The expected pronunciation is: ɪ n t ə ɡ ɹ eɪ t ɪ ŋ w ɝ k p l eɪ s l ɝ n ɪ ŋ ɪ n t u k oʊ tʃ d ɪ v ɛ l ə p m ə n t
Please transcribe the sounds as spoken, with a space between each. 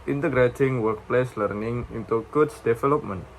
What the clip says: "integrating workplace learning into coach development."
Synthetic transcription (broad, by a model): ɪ n t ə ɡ ɹ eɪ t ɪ ŋ w ɝ k p l eɪ s l ɝ n ɪ ŋ ɪ n t u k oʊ s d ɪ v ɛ l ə p m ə n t